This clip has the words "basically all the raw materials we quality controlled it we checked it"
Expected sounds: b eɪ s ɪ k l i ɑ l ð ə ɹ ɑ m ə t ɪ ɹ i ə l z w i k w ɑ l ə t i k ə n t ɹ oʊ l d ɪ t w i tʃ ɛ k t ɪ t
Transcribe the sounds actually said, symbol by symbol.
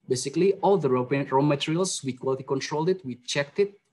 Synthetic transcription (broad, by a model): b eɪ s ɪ k l i ɑ l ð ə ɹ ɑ m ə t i ɹ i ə l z w i k w ɑ l ə t i k ə n t ɹ oʊ l d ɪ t w i tʃ ɛ k t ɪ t